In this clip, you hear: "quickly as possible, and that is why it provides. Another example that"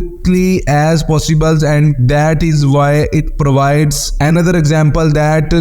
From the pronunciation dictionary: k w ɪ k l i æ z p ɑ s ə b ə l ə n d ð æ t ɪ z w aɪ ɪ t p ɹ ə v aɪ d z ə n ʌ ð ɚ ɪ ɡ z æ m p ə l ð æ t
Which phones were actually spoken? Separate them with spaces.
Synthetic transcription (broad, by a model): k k l i æ z p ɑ s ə b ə l ə n d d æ t ɪ z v aɪ ɪ t p ɹ ə v aɪ d z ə n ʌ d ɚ ɪ ɡ z æ m p ə l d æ t